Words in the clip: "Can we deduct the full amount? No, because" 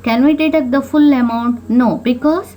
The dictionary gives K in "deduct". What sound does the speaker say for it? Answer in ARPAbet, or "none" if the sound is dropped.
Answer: none